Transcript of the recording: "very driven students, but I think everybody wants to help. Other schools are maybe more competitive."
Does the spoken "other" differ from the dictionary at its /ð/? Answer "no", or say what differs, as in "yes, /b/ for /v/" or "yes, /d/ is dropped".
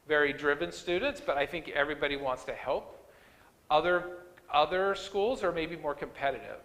no